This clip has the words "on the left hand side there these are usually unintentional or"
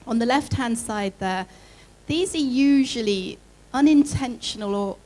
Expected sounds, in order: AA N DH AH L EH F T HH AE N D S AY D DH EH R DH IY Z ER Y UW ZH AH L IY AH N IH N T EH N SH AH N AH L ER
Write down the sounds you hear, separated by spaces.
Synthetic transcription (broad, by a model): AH N DH AH L EH F T HH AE N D S AY D DH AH DH IY Z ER Y UW ZH AH L IY AH N IH N T EH N SH AH N AH L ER